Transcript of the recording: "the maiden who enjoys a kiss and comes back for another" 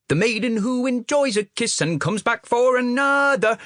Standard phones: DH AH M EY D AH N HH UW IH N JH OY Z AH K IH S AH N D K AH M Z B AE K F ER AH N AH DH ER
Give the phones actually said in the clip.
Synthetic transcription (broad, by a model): DH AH M EY D N HH UW IH N JH OY Z AH K IH S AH N K AH M Z B AE K F ER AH N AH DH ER